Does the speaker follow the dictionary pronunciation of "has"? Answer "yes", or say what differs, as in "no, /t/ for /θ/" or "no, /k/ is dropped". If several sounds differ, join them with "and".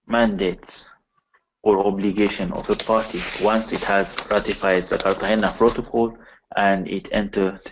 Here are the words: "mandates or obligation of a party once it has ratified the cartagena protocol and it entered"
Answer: yes